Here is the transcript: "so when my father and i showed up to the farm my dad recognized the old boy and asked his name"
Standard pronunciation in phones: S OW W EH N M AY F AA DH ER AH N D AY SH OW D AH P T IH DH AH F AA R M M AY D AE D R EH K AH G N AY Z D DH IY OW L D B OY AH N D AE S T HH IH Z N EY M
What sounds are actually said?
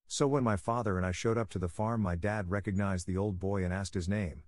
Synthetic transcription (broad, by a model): S OW W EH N M AY F AA DH ER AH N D AY SH OW D AH P T IH DH AH F AA R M M AY D AE D R EH K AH G N AY Z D DH IY OW L D B OY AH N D AE S T HH IH Z N EY M